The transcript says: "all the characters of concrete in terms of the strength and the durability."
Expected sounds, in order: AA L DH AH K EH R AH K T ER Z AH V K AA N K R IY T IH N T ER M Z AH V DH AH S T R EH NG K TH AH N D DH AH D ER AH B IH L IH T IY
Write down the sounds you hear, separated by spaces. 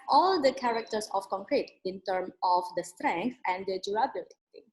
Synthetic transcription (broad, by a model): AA L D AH K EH R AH K T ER S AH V K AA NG K R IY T IH N T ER M AH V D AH S T R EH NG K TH AH N D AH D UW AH B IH L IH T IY